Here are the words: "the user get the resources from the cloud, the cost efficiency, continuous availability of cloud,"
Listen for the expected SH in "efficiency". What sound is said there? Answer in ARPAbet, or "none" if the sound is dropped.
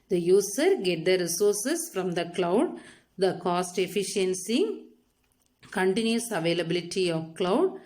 SH